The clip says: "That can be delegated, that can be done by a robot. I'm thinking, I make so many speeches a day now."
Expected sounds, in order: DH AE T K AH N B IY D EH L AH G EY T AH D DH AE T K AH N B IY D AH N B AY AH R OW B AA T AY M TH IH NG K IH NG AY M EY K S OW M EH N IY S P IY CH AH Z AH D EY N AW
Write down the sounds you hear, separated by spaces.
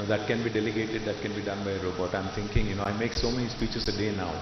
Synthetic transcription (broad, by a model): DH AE T K AH N B IY D EH L AH G EY T AH D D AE T K AH N B IY D AH N B AY AH R OW B AA T AY M T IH NG K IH NG AY M EY K S OW M EH N IY S P IY CH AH S AH D EY N AW